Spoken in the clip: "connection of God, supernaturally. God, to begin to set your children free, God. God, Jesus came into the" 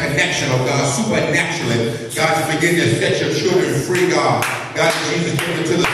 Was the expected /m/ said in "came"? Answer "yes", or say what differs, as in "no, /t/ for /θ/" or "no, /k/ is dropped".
no, /m/ is dropped